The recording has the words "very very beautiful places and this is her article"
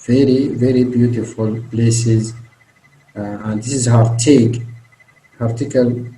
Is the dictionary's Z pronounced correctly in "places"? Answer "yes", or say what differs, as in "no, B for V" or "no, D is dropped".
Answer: yes